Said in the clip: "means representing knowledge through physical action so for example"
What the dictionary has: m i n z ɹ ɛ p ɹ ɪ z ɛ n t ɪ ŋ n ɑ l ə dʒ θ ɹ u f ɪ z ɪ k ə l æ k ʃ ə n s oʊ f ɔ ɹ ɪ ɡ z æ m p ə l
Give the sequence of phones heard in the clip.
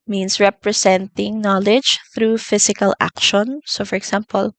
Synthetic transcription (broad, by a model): m i n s ɹ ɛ p ɹ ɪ s ɛ n t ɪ ŋ n ɑ l ə dʒ θ ɹ u f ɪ s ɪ k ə l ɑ k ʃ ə n s oʊ f ɔ ɹ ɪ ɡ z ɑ m p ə l